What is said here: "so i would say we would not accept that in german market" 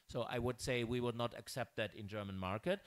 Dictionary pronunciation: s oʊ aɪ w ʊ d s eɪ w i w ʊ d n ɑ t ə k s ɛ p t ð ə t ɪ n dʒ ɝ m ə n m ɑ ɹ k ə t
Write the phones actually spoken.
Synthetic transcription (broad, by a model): s oʊ aɪ w ʊ d s eɪ w i w ʊ d n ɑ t ə k s ɛ p t ð ə t ɪ n dʒ ɝ m ə n m ɑ ɹ k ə t